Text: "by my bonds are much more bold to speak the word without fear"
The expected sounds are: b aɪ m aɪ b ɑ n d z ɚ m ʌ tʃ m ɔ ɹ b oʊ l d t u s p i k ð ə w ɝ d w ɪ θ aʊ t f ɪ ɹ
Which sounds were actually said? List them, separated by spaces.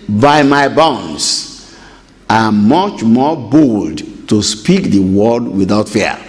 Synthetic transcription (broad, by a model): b aɪ m aɪ b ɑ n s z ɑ m ʌ tʃ m ɔ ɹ b oʊ l d t u s p i k ð ə w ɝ d w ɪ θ aʊ t f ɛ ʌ